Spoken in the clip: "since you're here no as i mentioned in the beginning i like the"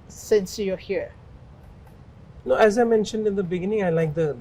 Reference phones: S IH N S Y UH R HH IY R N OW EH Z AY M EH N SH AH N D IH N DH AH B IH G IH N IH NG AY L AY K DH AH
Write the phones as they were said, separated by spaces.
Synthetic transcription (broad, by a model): S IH N S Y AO HH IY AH N OW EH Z AY M EH N SH AH N D IH N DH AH B IH G IH N IH NG AY L AY K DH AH